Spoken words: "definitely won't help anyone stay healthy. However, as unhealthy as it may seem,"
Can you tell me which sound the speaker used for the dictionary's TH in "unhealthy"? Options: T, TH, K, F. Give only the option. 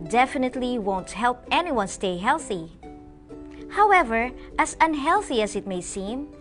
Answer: TH